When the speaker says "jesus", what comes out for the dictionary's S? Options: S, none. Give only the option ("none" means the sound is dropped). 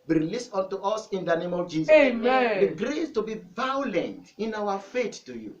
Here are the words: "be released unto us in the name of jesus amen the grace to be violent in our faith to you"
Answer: none